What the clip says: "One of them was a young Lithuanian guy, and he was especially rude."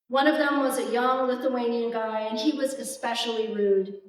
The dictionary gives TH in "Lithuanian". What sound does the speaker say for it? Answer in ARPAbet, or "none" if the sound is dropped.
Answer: TH